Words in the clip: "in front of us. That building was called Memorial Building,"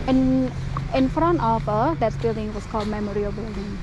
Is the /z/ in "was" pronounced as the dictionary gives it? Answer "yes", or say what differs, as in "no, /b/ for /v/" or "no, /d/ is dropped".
no, /s/ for /z/